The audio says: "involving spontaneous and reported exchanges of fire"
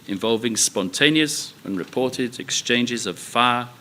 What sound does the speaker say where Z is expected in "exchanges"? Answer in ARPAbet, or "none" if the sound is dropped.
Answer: Z